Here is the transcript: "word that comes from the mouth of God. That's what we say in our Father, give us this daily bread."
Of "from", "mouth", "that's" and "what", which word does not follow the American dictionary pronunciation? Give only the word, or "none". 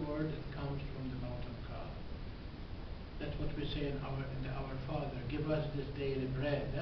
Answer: mouth